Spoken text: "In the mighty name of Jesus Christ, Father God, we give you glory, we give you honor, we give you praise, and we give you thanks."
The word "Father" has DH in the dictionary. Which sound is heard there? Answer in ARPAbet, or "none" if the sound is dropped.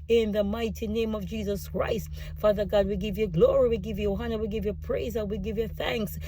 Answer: DH